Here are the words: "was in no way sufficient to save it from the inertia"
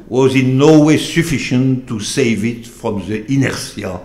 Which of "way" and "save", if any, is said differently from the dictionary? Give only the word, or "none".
none